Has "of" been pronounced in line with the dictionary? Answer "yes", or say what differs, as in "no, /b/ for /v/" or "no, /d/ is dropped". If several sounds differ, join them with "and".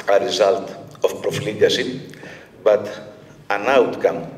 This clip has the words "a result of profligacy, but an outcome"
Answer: no, /f/ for /v/